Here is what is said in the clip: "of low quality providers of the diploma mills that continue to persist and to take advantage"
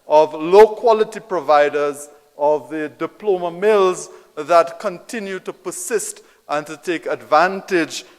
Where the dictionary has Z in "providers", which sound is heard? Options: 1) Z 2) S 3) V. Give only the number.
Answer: 1